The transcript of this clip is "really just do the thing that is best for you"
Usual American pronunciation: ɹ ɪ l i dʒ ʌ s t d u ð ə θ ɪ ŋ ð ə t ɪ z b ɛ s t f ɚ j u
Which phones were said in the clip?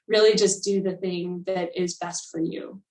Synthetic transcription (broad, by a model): ɹ ɪ l i dʒ ʌ s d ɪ ð ə θ ɪ ŋ ð ə t ɪ z b ɛ s t f ɚ j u